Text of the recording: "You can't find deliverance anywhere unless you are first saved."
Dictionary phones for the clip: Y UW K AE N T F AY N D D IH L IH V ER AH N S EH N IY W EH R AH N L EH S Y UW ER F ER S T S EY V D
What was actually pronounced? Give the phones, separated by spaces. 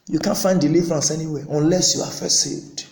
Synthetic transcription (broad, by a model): Y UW K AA N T F AY N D D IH L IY V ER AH N S EH N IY W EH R AH N L EH S Y UW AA F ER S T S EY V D